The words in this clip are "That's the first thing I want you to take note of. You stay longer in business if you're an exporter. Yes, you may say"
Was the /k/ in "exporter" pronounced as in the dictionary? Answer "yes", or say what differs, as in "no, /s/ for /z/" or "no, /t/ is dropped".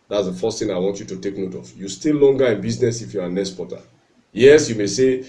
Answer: no, /k/ is dropped